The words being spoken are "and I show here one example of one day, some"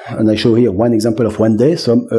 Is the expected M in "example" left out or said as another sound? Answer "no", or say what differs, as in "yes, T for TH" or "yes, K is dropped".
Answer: no